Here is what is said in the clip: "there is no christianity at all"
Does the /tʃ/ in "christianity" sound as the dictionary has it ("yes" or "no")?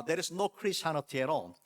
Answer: no